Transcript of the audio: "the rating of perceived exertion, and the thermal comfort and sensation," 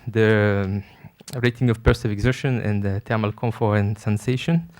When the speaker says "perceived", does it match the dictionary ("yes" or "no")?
no